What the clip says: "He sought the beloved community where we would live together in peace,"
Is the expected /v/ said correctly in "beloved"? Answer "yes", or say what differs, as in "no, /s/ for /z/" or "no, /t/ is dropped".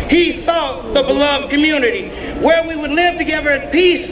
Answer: yes